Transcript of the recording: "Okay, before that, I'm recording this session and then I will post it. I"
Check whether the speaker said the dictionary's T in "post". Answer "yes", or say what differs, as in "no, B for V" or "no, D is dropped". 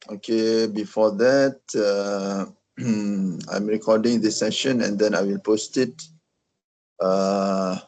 yes